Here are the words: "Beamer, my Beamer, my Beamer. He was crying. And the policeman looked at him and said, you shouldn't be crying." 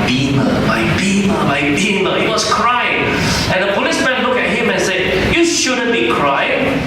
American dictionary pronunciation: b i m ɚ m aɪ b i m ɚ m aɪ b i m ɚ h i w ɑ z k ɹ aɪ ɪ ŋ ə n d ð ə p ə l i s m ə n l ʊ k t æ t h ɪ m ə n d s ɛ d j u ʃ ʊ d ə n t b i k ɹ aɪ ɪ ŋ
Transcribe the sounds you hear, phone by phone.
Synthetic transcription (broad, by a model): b i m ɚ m aɪ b i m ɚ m aɪ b i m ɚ h i w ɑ s k ɹ aɪ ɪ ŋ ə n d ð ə p ə l i s m ə n l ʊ k ɛ t h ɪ m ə n s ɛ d j u ʃ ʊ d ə n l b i k ɹ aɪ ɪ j